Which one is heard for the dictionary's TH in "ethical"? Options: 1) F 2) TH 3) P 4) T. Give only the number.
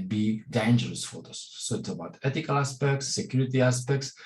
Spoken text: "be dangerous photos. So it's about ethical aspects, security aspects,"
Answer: 4